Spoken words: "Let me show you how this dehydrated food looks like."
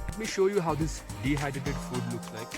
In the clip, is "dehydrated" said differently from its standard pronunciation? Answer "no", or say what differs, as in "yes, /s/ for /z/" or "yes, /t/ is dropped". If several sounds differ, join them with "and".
yes, /ɹ/ is dropped